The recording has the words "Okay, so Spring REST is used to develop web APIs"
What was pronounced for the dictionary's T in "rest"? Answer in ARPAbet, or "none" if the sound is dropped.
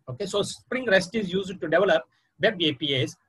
T